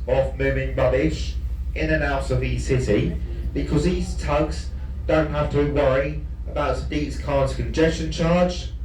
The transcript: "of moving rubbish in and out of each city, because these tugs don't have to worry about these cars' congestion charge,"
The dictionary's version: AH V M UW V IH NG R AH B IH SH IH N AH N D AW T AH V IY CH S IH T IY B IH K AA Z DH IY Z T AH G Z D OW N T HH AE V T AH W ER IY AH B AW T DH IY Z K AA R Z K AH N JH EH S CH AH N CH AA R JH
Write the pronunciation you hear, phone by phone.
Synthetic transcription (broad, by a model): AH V M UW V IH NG R AH B IH SH IH N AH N AW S AH V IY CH S IH T IY B IH K AA Z DH IY Z T AH G Z D OW N T HH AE F T AH W ER IY AH B AW T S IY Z K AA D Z K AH N JH EH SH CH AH N CH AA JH